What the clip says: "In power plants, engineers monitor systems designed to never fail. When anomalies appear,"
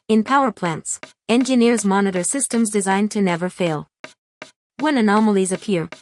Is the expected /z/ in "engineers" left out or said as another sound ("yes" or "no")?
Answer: no